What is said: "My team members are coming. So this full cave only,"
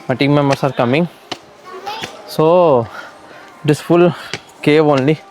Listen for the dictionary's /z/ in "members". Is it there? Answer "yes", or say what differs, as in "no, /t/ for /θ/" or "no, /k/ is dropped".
no, /s/ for /z/